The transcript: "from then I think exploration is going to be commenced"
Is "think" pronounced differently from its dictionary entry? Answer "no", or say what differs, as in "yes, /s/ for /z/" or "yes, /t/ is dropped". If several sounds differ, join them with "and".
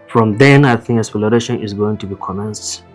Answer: no